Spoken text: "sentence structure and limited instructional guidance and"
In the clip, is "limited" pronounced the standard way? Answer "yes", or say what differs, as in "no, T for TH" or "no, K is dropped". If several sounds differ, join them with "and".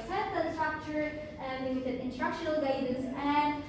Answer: no, M is dropped